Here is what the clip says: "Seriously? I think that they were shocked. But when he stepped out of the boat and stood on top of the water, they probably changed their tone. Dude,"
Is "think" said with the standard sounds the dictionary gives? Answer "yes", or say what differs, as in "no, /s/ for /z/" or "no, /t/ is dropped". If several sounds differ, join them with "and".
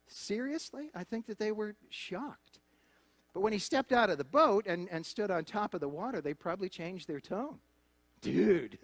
yes